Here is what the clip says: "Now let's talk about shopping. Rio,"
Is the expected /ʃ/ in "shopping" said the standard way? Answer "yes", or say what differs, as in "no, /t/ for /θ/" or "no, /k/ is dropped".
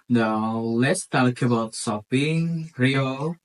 no, /s/ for /ʃ/